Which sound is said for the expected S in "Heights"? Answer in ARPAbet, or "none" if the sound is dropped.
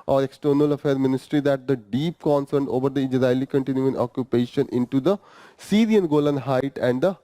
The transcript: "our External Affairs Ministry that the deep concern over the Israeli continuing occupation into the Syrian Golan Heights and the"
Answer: none